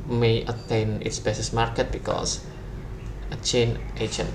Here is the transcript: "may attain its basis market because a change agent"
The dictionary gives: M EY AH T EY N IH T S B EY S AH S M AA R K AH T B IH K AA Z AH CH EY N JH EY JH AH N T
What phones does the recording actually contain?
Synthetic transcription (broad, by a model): M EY AH T EY N IH T S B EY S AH S M AA R K AH T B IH K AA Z AH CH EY N EY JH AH N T